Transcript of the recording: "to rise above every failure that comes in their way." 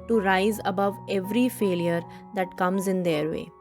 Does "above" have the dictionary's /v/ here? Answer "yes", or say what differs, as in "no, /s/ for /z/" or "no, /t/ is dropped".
yes